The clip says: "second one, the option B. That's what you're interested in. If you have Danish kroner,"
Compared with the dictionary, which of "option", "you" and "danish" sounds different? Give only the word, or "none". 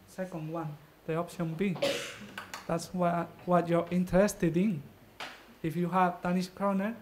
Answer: danish